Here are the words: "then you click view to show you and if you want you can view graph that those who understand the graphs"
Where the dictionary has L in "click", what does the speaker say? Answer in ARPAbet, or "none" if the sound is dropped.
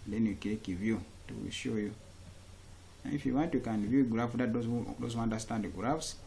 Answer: none